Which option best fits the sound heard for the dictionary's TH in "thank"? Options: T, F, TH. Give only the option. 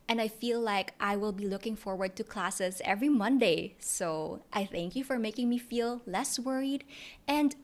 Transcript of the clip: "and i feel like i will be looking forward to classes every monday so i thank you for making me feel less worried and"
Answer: TH